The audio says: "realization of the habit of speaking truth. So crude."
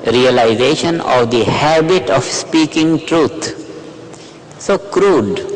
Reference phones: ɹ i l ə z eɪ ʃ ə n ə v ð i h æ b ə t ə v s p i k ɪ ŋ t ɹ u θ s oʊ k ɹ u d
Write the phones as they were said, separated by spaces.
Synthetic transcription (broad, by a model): ɹ i l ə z eɪ ʃ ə n ə v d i h æ b ə t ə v s p i k ɪ ŋ t ɹ u t s oʊ k ɹ u d